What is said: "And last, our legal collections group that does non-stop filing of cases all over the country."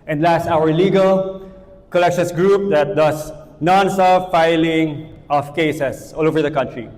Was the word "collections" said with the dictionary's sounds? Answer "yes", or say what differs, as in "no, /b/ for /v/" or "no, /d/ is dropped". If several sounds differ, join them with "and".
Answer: no, /s/ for /z/